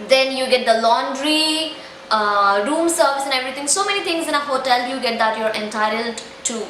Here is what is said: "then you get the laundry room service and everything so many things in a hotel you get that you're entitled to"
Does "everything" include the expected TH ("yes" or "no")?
no